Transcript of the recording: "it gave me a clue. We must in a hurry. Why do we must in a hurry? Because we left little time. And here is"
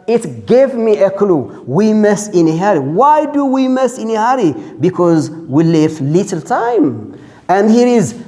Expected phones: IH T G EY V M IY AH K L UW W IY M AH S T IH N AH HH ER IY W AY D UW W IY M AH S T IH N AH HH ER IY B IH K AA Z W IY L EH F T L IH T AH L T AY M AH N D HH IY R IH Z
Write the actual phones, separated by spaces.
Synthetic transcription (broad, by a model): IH T G EY V M IY AH K L UW W IY M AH S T IH N AH HH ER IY W AY D UW W IY M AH S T IH N AH HH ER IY B IH K AA Z W IY L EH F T L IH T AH L T AY M AH N D HH IY R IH Z